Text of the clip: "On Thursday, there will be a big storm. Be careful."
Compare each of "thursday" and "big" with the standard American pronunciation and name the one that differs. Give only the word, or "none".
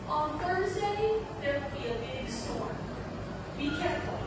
none